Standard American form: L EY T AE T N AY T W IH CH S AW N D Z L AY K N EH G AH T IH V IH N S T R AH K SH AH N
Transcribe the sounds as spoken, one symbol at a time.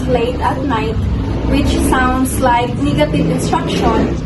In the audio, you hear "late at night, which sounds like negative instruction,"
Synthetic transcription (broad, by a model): L EY T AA T N AY T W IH CH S AW N D S L AY K N EH G AH T IH V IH N S T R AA K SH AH N